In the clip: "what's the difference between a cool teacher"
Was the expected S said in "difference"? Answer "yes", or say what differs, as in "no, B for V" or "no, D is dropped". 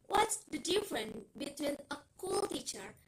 no, S is dropped